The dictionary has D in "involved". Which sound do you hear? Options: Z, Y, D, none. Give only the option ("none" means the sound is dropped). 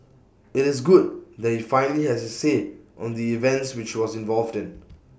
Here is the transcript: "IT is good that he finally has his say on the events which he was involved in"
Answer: D